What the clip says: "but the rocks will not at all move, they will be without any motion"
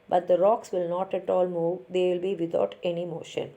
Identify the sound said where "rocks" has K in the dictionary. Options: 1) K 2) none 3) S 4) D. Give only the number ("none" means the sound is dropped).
1